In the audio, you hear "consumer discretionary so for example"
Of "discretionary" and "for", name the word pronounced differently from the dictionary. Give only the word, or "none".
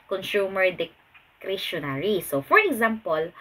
discretionary